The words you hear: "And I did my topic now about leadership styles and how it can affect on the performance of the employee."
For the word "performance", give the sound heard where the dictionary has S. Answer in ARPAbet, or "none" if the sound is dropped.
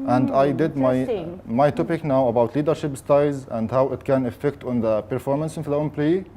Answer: S